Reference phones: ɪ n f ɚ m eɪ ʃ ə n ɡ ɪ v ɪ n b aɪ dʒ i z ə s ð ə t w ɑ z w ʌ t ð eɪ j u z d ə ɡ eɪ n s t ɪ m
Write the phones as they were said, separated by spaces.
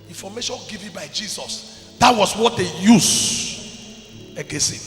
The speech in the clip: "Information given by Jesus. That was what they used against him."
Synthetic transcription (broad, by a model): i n f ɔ m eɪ ʃ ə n ɡ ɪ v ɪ b aɪ dʒ i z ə s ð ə t w ɑ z w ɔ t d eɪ j u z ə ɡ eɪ s ɪ